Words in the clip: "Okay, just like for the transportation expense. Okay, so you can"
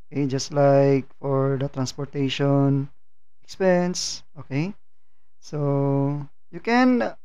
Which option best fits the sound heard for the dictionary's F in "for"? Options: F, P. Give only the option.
F